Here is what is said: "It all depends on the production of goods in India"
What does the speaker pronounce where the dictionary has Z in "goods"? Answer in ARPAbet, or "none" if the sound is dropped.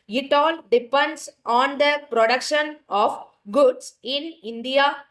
S